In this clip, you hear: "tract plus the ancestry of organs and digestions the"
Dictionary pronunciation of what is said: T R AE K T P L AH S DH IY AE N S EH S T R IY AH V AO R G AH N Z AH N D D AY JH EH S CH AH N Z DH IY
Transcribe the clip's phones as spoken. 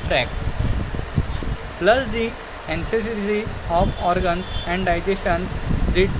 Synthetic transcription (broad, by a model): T R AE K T P L AH S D IY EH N S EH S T IY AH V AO R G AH N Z AH N D D AY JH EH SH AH N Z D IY